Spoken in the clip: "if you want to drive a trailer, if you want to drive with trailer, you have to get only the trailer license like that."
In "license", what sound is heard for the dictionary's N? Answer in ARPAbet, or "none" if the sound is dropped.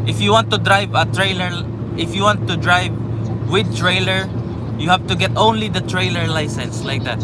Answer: N